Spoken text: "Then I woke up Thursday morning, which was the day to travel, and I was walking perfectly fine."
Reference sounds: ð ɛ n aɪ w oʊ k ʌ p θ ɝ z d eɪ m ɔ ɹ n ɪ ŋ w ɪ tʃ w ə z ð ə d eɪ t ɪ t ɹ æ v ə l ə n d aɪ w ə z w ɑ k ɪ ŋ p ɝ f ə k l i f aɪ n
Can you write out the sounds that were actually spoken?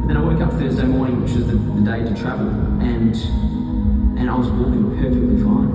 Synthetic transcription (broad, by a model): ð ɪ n aɪ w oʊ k ʌ p θ ɝ z d eɪ m ɔ ɹ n ɪ ŋ w ɪ tʃ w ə z ð ə d eɪ t ɪ t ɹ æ v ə l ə n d aɪ w ə z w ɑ ɪ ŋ p ɝ f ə k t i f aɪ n